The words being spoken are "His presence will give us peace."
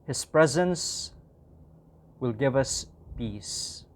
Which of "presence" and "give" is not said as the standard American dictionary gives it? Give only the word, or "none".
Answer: none